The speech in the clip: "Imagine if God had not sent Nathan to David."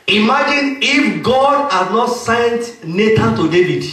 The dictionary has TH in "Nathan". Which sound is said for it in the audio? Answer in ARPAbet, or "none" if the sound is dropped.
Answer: T